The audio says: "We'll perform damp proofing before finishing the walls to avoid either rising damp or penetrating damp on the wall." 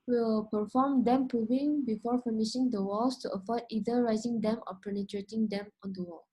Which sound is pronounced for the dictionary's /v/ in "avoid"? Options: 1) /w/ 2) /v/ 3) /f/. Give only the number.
3